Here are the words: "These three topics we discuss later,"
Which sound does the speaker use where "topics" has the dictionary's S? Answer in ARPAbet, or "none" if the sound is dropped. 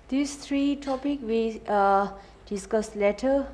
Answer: none